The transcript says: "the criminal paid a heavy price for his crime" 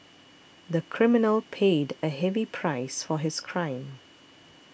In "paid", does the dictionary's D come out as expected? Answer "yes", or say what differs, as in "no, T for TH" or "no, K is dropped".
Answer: yes